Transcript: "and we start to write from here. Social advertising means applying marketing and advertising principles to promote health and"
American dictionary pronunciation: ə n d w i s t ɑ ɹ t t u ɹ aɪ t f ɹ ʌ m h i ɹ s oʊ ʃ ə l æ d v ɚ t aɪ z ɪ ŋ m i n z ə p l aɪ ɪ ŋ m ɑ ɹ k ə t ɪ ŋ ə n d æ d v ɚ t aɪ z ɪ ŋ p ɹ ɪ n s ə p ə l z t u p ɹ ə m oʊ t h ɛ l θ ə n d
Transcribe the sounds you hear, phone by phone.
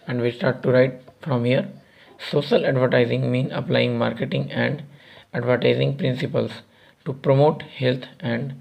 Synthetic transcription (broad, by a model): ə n d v i s t ɑ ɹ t t u ɹ aɪ t f ɹ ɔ m h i ɹ s oʊ ʃ ə l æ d v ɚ t aɪ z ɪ ŋ m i n ə p l aɪ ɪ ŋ m ɑ ɹ k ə t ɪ ŋ ə n d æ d v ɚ t aɪ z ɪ ŋ p ɹ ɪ n s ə p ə l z t u p ɹ ə m oʊ t h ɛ l t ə n d